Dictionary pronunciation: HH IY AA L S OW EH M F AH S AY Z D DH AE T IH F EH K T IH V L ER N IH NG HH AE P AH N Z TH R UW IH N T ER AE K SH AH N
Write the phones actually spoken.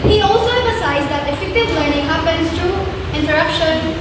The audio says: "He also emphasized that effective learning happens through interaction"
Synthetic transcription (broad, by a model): HH IY AA L S OW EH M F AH S AY Z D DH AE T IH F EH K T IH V L ER N IH NG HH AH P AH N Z T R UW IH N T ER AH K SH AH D